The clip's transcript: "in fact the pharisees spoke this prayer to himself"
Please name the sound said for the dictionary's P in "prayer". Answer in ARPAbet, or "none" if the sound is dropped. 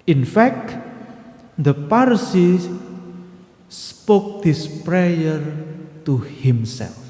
P